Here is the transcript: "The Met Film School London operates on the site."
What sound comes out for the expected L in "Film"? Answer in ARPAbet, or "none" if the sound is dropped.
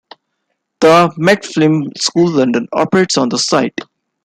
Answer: none